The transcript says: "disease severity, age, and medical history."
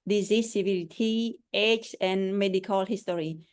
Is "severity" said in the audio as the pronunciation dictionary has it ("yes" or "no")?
no